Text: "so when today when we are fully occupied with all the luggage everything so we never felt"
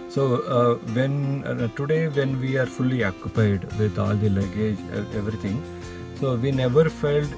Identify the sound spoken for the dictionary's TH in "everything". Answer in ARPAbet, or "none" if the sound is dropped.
T